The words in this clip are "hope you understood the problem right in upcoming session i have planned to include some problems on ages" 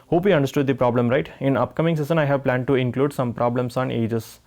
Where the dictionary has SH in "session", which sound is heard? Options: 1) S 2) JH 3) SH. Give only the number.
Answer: 1